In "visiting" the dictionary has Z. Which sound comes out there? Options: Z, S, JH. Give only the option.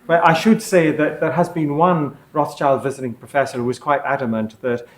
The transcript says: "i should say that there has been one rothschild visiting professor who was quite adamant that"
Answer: Z